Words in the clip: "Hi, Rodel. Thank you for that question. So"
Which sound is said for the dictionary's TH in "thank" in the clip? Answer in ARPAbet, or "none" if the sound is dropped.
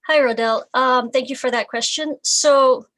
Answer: TH